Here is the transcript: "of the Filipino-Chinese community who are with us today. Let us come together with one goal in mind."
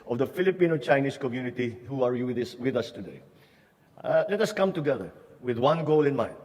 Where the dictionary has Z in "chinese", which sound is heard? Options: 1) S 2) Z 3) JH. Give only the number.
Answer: 1